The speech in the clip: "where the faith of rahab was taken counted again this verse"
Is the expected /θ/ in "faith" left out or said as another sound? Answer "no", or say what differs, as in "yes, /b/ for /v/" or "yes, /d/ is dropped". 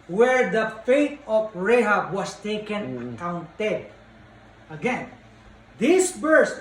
yes, /t/ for /θ/